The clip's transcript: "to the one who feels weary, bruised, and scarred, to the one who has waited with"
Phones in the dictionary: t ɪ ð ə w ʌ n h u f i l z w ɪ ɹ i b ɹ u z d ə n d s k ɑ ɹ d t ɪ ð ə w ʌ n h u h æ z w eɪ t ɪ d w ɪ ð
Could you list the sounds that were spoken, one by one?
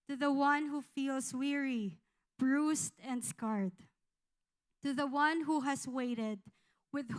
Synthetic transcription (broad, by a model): t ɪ ð ə w ʌ n h u f i l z w ɪ ɹ i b ɹ u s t ə n d s k ɑ ɹ d t ɪ ð ə w ʌ n h u h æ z w eɪ t ɪ d w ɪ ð